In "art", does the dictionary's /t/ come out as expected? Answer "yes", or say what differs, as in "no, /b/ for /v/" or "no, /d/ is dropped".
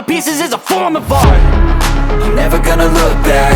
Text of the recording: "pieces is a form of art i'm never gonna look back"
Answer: no, /t/ is dropped